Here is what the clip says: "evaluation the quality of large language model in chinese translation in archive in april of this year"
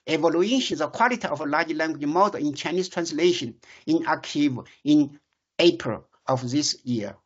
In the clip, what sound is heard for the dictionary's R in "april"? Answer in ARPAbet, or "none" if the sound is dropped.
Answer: R